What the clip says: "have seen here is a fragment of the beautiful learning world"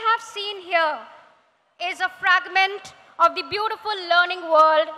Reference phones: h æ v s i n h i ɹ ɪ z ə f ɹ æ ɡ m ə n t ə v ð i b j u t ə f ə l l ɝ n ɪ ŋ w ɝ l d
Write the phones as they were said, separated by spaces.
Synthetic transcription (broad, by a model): h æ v s i n h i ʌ ɪ z ə f ɹ æ ɡ m ə n t ə v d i b j u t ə f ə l l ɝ n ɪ ŋ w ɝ l d